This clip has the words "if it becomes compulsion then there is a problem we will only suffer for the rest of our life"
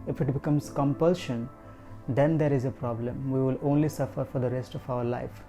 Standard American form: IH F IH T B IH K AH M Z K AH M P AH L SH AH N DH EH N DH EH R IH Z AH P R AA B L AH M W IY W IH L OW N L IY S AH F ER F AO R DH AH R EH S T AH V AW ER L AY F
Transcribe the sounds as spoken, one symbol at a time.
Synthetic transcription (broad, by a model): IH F IH T B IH K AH M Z K AH M P AH L SH AH N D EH N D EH R IH Z AH P R AA B L AH M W IY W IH L OW N L IY S AH F ER F AO R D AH R EH S T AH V AW ER L AY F